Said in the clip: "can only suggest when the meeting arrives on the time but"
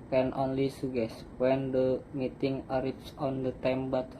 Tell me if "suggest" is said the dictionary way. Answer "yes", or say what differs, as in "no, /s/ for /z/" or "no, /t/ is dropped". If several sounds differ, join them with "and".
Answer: no, /dʒ/ is dropped